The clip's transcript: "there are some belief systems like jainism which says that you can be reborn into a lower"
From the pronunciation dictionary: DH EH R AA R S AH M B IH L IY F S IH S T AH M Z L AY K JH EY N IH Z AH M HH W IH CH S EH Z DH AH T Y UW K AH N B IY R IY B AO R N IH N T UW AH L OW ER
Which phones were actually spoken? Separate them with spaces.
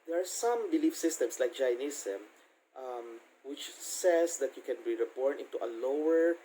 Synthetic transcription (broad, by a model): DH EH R AA R S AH M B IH L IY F S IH S T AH M S L AY K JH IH N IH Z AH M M W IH CH S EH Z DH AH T Y UW K AH N B IY R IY B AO R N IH N T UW AH L OW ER